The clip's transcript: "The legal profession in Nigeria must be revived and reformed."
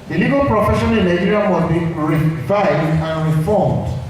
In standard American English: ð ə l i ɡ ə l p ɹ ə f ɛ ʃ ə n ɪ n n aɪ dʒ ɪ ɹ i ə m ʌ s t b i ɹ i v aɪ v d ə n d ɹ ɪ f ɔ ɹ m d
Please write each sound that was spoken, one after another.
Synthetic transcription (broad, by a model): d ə l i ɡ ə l p ɹ ə f ɛ ʃ ə n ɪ l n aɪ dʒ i ɹ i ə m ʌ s b i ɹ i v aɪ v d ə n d ɹ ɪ f ɔ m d